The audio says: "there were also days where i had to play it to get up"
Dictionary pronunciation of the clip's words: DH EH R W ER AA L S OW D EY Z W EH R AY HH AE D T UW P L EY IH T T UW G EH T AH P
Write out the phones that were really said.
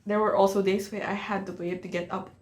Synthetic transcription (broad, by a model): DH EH R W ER AA L S OW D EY S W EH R AY HH AE D T UW P L EY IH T T UW G EH T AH P